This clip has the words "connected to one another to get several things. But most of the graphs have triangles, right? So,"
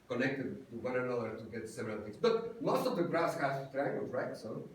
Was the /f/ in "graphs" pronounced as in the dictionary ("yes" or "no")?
no